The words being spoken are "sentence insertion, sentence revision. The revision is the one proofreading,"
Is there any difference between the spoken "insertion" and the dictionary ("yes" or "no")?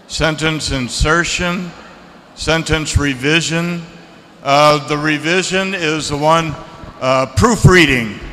no